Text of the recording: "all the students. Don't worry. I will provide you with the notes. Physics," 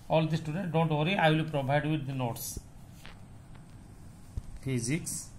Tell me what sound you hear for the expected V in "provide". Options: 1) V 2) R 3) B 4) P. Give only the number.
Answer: 3